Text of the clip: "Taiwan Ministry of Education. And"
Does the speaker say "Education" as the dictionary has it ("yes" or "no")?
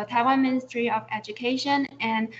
yes